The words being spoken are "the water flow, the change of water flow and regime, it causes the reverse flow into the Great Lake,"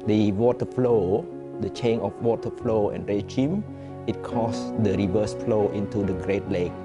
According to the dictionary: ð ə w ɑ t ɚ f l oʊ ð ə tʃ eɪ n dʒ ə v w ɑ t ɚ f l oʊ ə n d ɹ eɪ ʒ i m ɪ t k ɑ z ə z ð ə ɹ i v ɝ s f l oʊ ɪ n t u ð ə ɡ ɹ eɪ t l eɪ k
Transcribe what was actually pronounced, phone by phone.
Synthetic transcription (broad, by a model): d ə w ɑ t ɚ f l oʊ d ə tʃ eɪ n ə f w ɑ t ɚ f l oʊ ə n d ɹ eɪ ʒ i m ɪ t k ɑ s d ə ɹ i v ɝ s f l oʊ ɪ n t u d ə ɡ ɹ eɪ t l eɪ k